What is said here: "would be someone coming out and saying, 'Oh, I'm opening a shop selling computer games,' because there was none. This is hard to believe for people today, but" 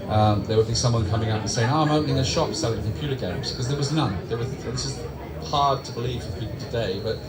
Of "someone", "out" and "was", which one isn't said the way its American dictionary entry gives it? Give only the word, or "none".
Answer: none